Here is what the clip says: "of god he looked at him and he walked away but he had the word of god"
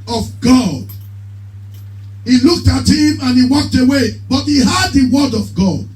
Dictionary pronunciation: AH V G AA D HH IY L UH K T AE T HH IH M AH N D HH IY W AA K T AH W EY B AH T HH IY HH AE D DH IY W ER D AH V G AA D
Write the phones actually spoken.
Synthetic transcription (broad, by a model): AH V G AA D HH IY L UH K T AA T HH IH M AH N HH IY W AA K T AH W EY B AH T HH IY HH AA D DH IY W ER D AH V G AA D